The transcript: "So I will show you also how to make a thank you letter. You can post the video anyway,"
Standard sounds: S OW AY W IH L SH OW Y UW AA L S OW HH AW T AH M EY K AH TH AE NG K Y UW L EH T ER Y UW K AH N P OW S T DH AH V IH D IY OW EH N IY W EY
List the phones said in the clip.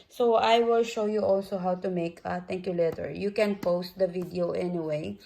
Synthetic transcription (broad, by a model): S OW AY W IH L SH OW Y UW AA L S OW HH AW T AH M EY K AH T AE NG K Y UW L EH T ER Y UW K AH N P OW S T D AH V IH D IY OW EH N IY W EY